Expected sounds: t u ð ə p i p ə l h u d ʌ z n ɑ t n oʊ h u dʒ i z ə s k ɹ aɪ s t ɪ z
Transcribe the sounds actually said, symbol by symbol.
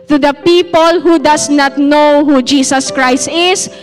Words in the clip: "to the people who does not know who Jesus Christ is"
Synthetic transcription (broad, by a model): t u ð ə p i p ə l h u d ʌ s n ɑ t n oʊ h u dʒ i s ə s k ɹ aɪ s t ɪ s